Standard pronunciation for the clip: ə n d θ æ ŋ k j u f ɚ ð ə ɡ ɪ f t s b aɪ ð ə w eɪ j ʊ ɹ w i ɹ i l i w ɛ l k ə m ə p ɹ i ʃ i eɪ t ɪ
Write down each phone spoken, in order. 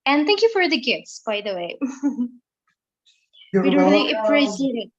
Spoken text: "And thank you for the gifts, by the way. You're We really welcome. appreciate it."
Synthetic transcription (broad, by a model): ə n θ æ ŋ k j u f ɚ ð ə ɡ ɪ f t s b aɪ ð ə w eɪ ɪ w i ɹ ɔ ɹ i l ə ə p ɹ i s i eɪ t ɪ